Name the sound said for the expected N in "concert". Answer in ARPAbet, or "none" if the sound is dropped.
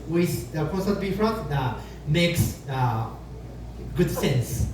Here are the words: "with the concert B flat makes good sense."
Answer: none